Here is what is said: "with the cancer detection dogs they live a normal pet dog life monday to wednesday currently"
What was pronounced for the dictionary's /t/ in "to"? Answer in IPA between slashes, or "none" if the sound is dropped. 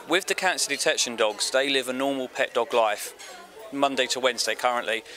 /t/